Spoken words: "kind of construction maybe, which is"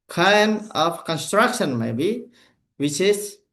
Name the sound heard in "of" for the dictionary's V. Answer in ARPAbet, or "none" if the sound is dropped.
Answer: P